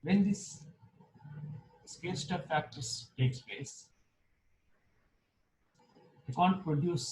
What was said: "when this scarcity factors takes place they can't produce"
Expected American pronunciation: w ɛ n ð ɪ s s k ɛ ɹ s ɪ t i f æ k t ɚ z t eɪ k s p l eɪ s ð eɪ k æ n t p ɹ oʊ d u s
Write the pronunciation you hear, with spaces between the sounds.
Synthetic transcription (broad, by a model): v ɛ n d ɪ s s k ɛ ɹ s t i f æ k t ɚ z t eɪ k s p l eɪ s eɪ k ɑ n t p ɹ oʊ d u s